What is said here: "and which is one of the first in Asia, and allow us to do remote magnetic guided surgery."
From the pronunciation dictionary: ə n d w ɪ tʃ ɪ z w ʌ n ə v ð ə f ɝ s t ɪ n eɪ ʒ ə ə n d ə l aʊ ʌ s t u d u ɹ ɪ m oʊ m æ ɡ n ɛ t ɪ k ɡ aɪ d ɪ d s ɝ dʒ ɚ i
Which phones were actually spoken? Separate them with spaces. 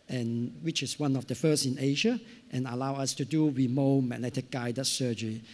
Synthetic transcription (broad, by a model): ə n w ɪ tʃ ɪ s w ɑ n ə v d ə f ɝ s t ɪ n eɪ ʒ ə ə n ə l aʊ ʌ s t u d u w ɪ m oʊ m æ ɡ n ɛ t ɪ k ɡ aɪ d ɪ s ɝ dʒ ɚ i